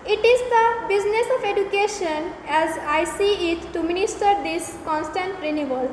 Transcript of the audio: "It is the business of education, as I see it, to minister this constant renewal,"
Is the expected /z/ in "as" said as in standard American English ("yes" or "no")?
yes